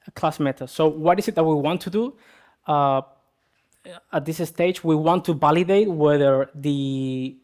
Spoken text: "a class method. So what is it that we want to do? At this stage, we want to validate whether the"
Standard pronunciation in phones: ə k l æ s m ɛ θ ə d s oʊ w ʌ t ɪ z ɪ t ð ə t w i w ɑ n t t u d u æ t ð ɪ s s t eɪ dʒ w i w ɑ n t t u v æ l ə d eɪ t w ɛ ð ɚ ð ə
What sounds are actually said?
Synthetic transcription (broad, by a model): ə k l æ s m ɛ t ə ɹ s oʊ w ʌ t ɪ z ɪ t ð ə t w i w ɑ n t t u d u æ t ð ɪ s s t eɪ dʒ w i w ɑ n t t u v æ l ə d eɪ t w ɛ ð ɚ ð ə